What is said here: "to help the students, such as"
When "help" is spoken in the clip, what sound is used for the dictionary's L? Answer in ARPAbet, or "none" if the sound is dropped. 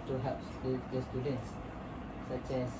none